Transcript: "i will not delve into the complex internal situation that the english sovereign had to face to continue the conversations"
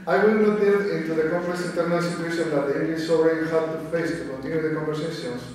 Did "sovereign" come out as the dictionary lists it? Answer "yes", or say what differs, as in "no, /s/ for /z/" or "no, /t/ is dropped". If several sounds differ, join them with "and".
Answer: no, /v/ is dropped